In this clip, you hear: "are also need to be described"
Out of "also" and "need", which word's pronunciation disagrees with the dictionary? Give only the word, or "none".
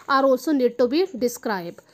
also